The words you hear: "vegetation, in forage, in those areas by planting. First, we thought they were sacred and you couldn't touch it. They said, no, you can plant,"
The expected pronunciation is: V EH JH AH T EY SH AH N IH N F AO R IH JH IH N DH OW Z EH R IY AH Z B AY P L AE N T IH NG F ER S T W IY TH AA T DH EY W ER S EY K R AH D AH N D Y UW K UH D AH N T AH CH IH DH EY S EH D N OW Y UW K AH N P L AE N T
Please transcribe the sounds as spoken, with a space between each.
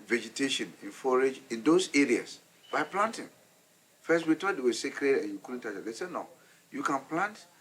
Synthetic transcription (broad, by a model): V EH JH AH T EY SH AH N IH N F AO R IH JH IH N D OW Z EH R IY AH S B AY P L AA N T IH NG F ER S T W IY T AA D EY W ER S EY K R AH D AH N Y UW K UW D N T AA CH IH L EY S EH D N OW Y UW K AH N P L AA N T